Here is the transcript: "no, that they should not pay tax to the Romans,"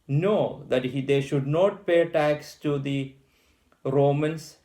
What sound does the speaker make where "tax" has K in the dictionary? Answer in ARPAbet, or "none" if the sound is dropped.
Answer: K